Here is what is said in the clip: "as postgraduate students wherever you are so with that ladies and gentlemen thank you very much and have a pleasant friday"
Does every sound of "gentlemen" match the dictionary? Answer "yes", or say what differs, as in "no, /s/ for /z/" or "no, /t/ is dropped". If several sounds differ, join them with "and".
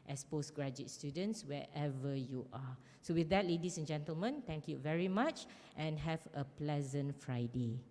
yes